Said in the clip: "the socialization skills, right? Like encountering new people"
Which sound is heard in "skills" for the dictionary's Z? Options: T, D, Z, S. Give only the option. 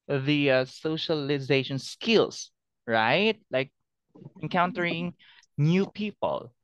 S